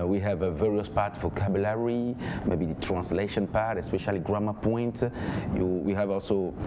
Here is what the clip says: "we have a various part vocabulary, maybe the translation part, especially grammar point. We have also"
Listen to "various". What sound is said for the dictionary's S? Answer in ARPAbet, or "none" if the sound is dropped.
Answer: S